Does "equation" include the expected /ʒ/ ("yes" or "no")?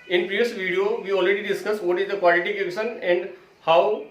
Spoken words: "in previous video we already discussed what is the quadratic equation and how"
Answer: no